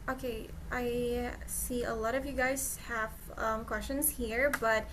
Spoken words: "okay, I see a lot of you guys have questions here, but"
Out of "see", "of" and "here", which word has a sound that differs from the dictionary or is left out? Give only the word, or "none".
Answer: none